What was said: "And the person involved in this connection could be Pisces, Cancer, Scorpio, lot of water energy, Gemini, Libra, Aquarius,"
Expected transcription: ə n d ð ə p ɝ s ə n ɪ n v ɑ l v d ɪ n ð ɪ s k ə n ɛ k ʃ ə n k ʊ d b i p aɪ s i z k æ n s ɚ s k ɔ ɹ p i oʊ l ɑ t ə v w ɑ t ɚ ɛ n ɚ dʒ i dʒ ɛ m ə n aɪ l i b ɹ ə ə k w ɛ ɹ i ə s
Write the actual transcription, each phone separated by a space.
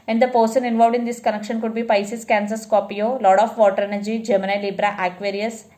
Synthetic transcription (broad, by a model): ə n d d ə p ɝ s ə n ɪ n v ɑ l v d ɪ n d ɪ s k ə n ɛ k ʃ ə n k ʊ d b i p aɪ s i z k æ n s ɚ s k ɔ p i oʊ l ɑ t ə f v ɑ t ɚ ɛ n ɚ dʒ i dʒ ɛ m ə n aɪ l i b ɹ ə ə k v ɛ ɹ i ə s